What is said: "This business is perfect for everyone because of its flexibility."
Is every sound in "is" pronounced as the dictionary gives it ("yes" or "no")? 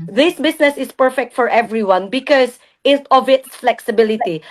no